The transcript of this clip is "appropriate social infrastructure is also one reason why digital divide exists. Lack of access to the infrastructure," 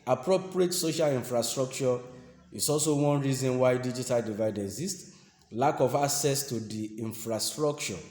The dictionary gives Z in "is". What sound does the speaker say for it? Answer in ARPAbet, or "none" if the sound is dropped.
S